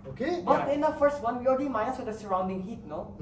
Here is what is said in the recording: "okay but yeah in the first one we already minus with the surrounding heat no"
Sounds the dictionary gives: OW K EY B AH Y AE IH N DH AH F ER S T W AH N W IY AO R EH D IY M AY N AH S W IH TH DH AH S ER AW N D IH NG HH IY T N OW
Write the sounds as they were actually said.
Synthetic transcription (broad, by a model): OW K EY B AH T IH N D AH F ER S T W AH N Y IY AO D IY M AY AH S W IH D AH S ER AW N D IH NG HH IY T N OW